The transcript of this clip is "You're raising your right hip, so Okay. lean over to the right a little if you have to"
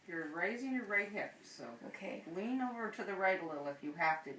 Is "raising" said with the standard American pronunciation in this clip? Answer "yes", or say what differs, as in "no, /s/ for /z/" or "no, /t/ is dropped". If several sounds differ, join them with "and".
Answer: yes